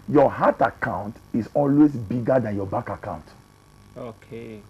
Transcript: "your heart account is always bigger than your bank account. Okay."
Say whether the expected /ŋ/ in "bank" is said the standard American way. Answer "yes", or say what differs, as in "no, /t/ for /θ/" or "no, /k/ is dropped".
no, /ŋ/ is dropped